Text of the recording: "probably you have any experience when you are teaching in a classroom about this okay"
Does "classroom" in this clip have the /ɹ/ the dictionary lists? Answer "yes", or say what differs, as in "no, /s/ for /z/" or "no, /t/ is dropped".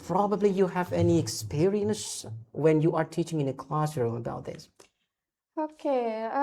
yes